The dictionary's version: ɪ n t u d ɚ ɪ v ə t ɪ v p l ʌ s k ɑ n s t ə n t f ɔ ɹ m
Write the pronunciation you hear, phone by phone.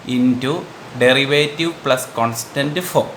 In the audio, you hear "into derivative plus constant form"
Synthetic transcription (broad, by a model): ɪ n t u d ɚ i v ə t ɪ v p l ʌ s k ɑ n s t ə n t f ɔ